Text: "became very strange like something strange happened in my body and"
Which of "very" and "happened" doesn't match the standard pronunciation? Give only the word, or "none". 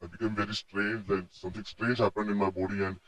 happened